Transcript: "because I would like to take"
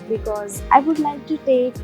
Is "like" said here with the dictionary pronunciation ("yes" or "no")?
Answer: no